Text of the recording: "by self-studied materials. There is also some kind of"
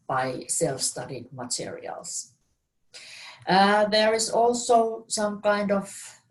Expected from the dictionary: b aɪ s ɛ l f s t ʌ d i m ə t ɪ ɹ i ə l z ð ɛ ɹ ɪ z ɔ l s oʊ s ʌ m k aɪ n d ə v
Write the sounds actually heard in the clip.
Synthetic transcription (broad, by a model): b aɪ s ɛ l f s t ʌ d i m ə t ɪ ɹ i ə l s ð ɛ ɹ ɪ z ɔ l s oʊ s ʌ m k aɪ n d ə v